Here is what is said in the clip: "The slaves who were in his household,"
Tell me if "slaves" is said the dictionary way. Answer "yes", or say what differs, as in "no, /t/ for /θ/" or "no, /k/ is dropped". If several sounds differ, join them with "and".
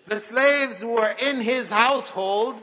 yes